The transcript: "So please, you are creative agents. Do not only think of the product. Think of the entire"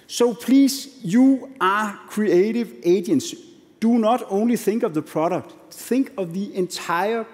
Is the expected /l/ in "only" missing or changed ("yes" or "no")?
no